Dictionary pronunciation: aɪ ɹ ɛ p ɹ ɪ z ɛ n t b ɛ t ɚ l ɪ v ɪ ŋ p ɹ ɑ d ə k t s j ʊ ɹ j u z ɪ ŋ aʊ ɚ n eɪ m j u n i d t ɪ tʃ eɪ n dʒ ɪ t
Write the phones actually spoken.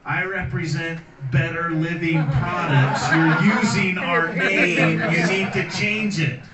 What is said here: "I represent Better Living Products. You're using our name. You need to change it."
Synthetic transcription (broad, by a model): aɪ ɹ ɛ p ɹ ɪ z ɛ n t b ɛ t ɚ l ɪ v ɪ ŋ p ɹ ɑ d ə k t s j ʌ ɹ j u z ɪ ŋ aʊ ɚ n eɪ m j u n i d t ɪ tʃ eɪ n dʒ ɪ t